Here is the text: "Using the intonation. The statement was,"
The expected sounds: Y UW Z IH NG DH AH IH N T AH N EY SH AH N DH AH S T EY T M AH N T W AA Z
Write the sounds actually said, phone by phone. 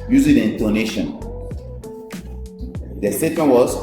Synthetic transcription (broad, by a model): Y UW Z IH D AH IH N T AH N EY SH AH N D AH S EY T AH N W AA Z